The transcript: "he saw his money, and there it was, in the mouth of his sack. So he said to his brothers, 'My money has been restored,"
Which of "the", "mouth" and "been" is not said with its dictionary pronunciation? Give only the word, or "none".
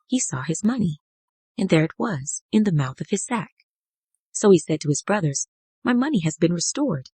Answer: none